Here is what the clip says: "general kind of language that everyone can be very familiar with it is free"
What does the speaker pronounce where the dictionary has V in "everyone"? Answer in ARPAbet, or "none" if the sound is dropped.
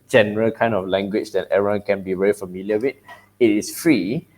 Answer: none